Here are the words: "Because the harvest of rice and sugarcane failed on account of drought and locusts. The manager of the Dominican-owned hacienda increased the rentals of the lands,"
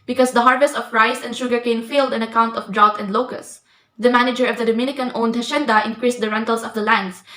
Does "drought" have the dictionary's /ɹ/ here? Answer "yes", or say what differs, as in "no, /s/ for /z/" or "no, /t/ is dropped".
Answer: yes